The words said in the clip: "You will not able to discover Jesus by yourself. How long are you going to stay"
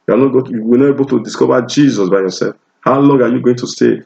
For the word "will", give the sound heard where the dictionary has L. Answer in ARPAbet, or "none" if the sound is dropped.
W